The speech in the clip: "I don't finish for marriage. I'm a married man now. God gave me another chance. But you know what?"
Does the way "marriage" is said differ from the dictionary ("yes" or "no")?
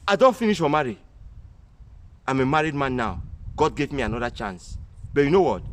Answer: yes